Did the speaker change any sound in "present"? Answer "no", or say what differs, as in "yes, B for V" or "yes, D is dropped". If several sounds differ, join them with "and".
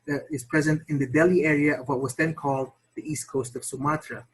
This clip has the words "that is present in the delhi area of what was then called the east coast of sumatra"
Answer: no